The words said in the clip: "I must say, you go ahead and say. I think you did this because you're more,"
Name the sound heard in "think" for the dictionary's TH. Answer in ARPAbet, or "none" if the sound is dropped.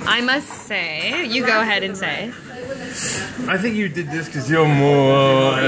TH